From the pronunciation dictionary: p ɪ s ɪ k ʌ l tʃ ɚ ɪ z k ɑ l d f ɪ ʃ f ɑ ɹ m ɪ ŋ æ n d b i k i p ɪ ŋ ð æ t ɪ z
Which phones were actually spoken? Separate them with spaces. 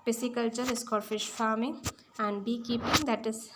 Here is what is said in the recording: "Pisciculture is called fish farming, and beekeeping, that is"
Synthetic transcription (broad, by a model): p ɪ s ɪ k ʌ l tʃ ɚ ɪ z k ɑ d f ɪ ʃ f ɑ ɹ m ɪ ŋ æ n d b i k i p ɪ ŋ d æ t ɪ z